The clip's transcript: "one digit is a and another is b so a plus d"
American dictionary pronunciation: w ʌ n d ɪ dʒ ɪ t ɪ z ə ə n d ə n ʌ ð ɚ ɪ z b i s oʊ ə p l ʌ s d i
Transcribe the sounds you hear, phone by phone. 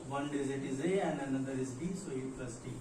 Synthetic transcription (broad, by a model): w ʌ n d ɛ z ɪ t ɪ z ə ə n d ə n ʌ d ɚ ɪ z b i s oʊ ə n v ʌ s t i